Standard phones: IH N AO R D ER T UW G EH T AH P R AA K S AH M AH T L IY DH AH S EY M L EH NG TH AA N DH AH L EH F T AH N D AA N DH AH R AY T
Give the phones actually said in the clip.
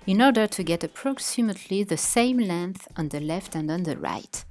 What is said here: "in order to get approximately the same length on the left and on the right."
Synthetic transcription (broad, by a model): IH N AO R D ER T UW G EH T AH P R AA K S AH M AH T L IY DH AH S EY M L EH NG TH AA N DH AH L EH F T AH N D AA N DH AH R AY T